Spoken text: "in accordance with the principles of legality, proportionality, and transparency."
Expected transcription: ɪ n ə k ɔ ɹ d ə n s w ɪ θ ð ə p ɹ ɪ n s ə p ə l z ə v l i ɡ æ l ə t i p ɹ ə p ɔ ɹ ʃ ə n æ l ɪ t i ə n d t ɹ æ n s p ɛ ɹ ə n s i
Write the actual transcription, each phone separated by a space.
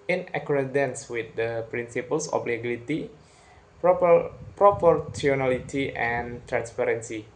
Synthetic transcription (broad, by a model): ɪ n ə k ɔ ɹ d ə n s w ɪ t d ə p ɹ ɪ n s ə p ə l s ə b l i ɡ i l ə t i p ɹ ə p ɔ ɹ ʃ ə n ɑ l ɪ t i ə n t ɹ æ n s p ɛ ɹ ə n s i